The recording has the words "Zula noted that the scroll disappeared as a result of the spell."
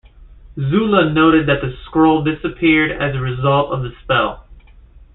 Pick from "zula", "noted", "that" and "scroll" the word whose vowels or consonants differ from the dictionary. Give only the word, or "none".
none